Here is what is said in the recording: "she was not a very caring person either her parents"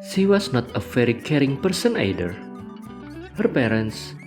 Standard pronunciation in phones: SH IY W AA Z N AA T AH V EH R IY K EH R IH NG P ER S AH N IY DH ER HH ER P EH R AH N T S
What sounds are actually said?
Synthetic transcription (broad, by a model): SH IY W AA S N AA T AH F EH R IY K EH R IH NG P ER S AH N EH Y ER HH ER P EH R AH N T S